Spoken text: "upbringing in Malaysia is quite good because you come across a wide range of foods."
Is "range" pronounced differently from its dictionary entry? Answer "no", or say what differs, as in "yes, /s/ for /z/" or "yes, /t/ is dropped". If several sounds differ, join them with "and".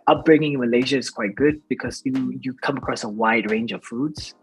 no